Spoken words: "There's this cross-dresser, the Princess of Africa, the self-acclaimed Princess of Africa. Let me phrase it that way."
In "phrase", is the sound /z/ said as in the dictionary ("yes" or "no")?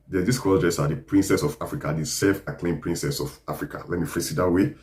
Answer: no